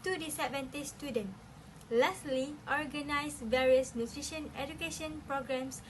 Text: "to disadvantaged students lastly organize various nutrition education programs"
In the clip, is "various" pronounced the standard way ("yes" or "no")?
yes